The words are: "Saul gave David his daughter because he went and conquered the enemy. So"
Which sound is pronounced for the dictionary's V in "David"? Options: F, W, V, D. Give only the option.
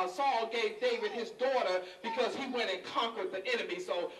W